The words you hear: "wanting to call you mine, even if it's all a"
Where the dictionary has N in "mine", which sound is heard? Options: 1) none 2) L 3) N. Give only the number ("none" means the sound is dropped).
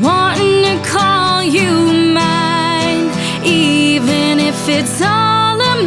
1